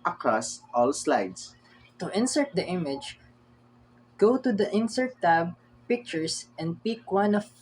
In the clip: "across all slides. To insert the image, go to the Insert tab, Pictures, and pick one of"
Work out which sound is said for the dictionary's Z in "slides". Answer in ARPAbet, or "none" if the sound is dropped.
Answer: S